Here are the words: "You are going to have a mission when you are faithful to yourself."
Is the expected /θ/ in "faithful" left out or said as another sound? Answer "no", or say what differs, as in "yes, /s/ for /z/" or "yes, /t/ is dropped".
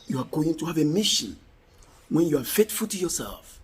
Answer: yes, /t/ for /θ/